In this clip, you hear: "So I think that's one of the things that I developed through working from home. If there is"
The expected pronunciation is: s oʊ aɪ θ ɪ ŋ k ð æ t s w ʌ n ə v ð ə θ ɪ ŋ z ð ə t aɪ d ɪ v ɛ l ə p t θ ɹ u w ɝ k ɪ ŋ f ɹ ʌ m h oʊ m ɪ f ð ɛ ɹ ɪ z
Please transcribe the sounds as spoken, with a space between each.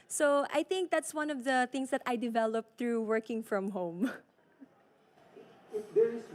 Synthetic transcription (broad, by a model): s oʊ aɪ θ ɪ ŋ k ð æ t s w ʌ n ə v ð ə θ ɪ ŋ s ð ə t aɪ d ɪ v ɛ l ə p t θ ɹ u w ɝ k ɪ ŋ f ɹ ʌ m h oʊ ɪ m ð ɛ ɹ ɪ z